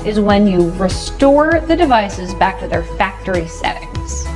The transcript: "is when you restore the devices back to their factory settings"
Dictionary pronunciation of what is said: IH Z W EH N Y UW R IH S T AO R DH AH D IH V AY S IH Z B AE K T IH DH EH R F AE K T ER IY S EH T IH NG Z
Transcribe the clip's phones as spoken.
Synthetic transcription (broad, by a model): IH Z W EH N Y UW R IH S T AO R DH AH D IH V AY S IH Z B AE K T IH DH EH R F AE K T ER IY S EH T IH NG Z